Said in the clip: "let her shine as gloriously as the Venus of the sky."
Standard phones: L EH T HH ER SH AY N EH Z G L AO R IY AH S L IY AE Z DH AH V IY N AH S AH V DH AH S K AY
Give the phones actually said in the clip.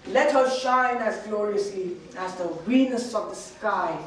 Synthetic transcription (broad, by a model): L EH T HH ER SH AY N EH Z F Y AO R IY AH S L IY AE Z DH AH W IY N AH S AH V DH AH S K AY